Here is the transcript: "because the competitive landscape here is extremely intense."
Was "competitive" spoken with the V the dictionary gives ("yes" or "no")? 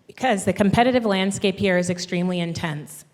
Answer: yes